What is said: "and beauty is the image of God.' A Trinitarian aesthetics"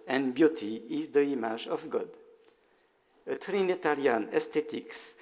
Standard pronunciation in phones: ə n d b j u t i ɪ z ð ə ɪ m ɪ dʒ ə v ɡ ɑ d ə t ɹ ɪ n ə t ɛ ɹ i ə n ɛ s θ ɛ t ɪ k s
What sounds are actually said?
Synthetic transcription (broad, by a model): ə n b j u t i ɪ z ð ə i m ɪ ʒ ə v ɡ ɑ d ə t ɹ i n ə t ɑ l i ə n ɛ s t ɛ t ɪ k s